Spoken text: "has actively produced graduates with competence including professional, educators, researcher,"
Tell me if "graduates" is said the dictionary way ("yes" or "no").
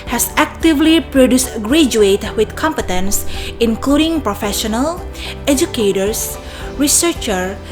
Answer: no